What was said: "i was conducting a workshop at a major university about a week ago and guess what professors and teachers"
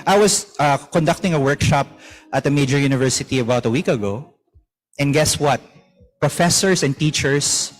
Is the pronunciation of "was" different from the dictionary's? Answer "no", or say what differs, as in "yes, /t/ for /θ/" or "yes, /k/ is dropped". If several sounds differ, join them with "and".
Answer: yes, /s/ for /z/